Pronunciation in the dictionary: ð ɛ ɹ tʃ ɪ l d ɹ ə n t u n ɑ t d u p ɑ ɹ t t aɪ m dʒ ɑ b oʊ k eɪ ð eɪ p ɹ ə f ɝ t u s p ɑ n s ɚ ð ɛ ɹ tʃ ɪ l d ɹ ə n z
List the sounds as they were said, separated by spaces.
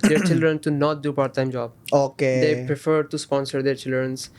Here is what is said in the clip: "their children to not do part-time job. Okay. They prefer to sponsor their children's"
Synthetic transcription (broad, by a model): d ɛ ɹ tʃ ɪ l d ɹ ə n t u n ɑ t d u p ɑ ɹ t t aɪ m dʒ ɑ b oʊ k eɪ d eɪ p ɹ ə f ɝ t u s p ɑ n s ɚ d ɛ ɹ tʃ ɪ l d ɹ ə n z